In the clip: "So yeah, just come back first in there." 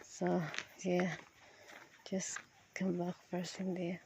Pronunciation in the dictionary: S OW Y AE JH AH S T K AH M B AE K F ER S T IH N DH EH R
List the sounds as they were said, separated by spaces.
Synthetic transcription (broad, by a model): S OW Y AE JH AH S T K AH M B AE K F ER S IH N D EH